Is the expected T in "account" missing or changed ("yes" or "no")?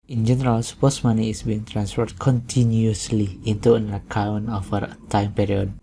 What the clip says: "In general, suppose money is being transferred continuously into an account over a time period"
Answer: yes